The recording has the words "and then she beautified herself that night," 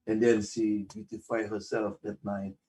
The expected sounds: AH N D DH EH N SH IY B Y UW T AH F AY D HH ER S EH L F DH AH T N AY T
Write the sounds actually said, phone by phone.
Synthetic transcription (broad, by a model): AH N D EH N S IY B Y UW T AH F AY HH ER S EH L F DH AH T N AY T